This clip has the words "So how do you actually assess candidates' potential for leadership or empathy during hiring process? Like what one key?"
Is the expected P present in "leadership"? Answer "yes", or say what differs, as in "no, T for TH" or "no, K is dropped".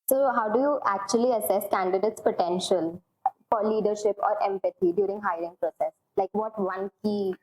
yes